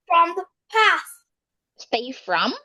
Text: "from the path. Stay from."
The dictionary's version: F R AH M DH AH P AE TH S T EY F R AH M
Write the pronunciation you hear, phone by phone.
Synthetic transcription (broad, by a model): F R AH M DH AH P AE T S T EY F R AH M